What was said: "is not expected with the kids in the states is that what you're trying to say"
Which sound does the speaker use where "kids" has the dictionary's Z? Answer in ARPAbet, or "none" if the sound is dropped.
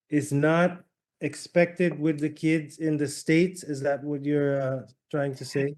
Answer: Z